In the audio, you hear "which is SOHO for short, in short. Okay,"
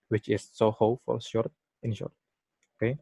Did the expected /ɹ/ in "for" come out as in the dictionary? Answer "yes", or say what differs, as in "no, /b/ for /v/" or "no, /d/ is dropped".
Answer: no, /l/ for /ɹ/